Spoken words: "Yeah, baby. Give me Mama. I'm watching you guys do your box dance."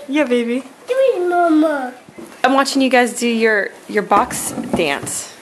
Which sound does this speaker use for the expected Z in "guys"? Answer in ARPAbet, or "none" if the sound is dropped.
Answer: Z